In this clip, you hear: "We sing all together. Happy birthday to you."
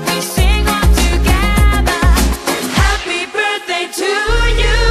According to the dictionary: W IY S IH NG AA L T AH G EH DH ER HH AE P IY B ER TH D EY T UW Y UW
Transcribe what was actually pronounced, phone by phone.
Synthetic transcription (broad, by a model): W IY S IH NG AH N T AH G EH DH ER HH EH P IY B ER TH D EY T UW Y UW